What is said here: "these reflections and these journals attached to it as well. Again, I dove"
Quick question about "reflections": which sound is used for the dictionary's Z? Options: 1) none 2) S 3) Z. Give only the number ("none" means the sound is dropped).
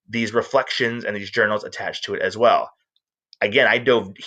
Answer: 3